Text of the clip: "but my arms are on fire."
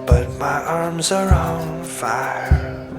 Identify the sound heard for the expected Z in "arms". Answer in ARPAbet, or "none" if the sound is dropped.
Z